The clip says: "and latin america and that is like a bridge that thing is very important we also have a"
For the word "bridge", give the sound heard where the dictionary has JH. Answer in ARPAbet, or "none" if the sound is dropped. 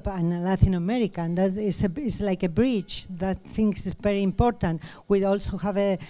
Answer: CH